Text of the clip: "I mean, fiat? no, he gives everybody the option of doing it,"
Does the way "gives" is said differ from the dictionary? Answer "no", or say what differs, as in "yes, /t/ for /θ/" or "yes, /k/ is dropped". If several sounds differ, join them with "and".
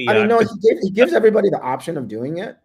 no